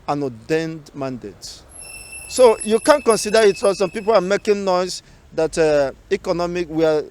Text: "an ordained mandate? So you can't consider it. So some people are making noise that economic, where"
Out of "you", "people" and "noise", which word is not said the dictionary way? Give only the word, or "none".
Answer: noise